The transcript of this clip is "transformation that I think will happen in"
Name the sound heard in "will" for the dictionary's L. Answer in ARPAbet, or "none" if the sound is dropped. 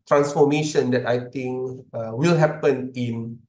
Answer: L